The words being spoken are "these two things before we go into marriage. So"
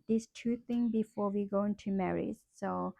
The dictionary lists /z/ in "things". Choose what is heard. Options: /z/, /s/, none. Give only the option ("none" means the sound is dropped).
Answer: none